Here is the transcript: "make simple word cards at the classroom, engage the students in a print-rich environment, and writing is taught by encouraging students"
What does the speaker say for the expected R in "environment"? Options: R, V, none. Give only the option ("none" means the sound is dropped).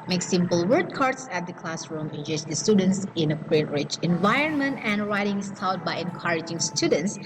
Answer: R